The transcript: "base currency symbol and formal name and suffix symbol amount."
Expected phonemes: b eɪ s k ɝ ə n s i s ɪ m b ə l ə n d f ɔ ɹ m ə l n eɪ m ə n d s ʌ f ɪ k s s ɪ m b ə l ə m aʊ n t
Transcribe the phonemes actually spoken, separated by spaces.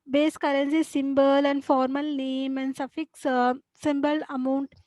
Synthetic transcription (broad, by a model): b eɪ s k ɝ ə n s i s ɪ m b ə l ə n d f ɔ ɹ m ə l n eɪ m ə n d s ʌ f ɪ k s s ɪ m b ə l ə m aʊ n t